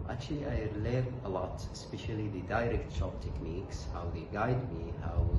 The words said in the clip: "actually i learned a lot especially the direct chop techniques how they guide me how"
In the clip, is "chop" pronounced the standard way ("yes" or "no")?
no